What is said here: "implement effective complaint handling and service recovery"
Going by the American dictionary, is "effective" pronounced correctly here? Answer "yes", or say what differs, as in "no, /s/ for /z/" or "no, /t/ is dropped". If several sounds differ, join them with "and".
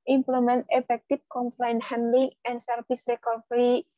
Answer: no, /p/ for /v/